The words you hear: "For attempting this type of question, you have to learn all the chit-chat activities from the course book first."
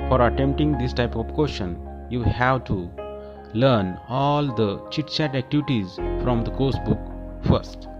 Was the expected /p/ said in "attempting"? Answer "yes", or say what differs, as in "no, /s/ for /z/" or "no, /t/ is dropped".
yes